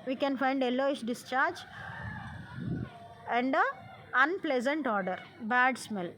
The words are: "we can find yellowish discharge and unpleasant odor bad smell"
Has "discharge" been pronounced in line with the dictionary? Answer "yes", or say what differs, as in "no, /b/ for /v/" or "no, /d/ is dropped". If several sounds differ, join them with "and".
yes